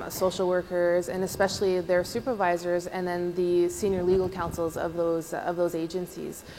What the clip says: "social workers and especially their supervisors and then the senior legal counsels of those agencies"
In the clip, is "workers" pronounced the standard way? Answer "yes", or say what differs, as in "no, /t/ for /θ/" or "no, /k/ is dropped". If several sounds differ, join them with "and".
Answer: yes